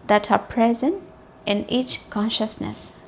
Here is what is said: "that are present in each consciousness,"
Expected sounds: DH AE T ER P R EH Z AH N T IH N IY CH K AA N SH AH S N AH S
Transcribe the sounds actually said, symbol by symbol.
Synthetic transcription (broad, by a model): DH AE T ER P R EH Z AH N T IH N IY CH K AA N SH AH S N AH S